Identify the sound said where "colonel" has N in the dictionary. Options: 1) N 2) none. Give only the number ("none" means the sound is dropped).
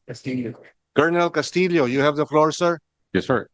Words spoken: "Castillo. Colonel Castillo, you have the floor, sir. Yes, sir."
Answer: 1